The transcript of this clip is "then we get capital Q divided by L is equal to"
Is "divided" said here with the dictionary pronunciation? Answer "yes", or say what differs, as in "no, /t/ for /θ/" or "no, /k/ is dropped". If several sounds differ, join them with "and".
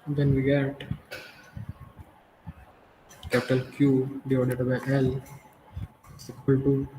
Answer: no, /v/ is dropped